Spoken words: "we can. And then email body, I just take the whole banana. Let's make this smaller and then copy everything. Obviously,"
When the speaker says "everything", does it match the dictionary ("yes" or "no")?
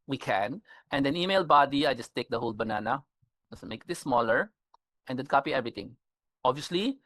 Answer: no